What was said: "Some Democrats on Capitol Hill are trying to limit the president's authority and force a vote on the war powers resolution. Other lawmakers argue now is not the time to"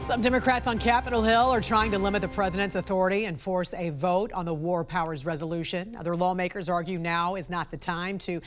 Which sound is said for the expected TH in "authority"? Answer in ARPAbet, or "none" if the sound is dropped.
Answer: TH